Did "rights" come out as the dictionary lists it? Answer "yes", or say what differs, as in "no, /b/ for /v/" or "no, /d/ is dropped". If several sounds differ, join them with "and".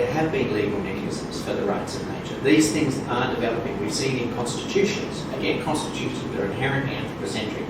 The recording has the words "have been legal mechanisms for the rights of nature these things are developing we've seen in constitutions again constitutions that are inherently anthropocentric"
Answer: yes